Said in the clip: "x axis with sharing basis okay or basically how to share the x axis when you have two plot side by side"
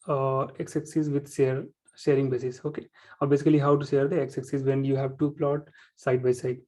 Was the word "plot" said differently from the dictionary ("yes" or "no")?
no